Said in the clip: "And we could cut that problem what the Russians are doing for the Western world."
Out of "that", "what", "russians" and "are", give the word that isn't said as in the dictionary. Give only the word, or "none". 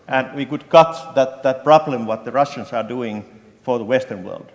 russians